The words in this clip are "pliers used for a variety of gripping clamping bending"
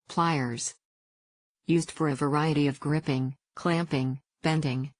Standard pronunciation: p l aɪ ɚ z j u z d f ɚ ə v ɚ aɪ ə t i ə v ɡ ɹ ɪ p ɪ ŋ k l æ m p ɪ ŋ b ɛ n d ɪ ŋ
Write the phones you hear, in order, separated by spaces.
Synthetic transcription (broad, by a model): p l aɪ ɚ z j u z d f ɚ ə v ɚ aɪ ə t i ə v ɡ ɹ ɪ p ɪ ŋ k l æ m p ɪ ŋ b ɛ n d ɪ ŋ